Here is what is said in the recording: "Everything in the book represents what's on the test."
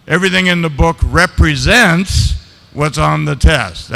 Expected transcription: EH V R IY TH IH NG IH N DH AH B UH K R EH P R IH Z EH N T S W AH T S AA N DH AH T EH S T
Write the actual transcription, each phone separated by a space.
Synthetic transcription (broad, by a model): EH V R IY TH IH NG IH N DH AH B UH K R EH P R IH Z EH N T S W AH T S N DH AH T EH S T